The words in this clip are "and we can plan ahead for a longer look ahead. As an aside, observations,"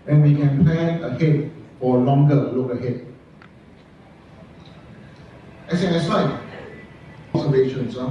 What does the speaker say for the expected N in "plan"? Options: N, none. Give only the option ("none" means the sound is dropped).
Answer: none